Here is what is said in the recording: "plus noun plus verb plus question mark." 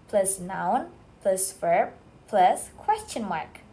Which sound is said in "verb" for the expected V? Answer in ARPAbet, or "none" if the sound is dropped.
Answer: F